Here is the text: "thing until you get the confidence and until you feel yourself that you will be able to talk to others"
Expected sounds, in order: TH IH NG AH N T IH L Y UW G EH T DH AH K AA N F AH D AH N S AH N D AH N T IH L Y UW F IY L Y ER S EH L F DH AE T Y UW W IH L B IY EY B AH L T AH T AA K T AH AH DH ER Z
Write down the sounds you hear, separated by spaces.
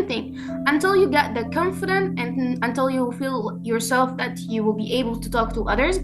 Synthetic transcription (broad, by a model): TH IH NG AH N T IH L Y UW G EH T DH AH K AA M F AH D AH N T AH N AH N T IH L Y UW F IY L Y ER S EH L F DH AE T Y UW W IH L B IY EY B AH L T AH T AA K T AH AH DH ER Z